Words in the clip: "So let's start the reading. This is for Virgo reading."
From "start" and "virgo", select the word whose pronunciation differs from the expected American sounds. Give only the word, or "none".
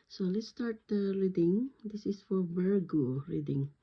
virgo